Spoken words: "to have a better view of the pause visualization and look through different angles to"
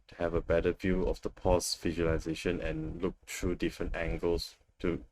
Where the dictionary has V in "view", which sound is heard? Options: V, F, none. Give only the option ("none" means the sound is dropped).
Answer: V